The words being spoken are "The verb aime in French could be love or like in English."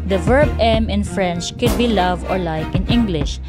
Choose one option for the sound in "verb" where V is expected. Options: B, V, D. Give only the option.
V